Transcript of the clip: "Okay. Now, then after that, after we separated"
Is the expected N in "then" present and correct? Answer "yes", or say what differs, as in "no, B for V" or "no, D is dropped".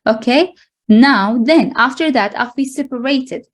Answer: yes